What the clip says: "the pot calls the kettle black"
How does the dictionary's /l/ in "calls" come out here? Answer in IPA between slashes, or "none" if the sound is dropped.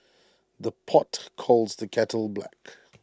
/l/